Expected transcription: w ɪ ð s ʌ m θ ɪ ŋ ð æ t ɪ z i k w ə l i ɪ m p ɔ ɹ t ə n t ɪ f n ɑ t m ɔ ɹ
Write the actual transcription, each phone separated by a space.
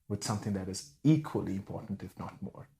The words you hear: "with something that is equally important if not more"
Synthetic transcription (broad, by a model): w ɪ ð s ʌ m θ ɪ ŋ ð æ t ɪ z i k w ə l i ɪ m p ɔ ɹ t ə n t ɪ f n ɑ t m ɔ ɹ